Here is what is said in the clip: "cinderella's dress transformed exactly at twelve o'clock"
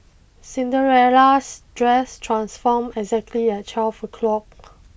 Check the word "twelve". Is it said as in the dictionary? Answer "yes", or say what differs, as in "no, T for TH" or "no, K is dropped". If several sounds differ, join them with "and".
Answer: no, F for V